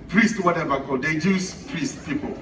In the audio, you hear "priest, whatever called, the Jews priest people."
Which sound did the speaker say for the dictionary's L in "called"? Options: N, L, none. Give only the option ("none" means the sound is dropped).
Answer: none